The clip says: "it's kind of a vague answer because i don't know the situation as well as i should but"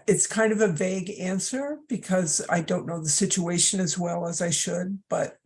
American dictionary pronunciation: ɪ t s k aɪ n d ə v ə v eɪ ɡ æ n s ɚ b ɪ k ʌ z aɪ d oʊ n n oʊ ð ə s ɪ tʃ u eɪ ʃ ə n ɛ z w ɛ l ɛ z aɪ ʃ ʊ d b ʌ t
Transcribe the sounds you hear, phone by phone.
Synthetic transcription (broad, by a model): ɪ t s k aɪ n d ə v ə v eɪ ɡ æ n s ɚ b ɪ k ʌ z aɪ d oʊ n n oʊ ð ə s ɪ tʃ u eɪ ʃ ə n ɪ z w ɛ l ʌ z aɪ ʃ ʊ d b ʌ t